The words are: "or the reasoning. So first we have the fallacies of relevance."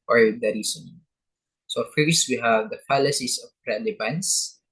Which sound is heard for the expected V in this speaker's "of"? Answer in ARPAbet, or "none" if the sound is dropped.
P